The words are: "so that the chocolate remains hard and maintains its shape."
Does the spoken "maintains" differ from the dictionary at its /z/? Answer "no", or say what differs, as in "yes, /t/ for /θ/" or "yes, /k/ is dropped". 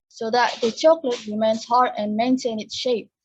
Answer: yes, /z/ is dropped